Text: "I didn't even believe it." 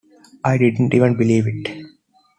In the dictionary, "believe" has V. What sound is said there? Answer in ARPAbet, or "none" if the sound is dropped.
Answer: V